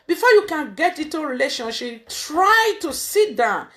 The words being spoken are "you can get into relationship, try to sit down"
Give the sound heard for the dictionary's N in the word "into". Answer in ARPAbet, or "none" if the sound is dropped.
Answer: none